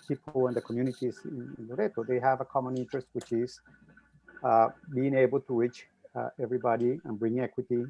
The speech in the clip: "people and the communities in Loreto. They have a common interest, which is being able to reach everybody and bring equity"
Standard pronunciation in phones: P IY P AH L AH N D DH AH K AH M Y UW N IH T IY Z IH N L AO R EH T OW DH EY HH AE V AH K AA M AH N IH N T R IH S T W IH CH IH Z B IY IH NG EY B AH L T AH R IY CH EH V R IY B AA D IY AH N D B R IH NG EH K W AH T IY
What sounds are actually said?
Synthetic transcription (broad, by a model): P IY P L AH N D DH AH K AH M Y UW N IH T IY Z IH N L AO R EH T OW DH EY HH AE V AH K AA M AH N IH N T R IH S T W IH CH IH Z B IY IH NG EY B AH L T AH W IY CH EH V R IY B AA D IY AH N B R IH NG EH K W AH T IY